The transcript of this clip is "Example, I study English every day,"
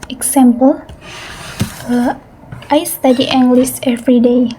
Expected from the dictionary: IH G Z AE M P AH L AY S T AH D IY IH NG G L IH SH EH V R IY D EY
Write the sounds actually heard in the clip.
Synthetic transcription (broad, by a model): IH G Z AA M P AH L AY S T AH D IY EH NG G L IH S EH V R IY D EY